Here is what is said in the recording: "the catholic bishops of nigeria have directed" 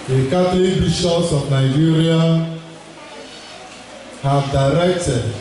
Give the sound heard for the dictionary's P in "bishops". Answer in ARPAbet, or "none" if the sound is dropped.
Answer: none